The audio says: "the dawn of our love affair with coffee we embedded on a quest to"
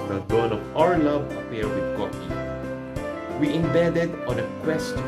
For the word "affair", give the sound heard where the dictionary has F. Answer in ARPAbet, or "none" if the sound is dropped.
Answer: P